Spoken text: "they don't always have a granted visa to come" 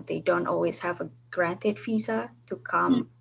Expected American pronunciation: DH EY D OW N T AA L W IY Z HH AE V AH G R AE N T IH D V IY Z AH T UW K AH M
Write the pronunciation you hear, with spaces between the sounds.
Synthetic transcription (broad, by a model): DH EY D OW N T AA L W IY Z HH AE V AH G R AE N T IH D F IY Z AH T UW K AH M